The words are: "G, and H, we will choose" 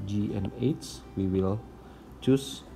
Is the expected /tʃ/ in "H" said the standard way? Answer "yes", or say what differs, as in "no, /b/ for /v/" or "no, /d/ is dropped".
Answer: no, /s/ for /tʃ/